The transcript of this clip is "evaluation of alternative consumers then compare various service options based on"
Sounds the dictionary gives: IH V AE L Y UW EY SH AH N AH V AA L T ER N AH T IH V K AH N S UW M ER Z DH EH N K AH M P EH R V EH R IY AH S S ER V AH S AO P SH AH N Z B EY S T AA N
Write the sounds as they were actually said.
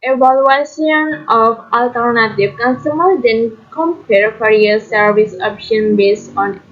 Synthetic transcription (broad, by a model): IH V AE L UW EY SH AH N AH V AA L T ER N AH T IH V K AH N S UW M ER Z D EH N K AH M P EH R F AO R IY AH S S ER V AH S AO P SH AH N B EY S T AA N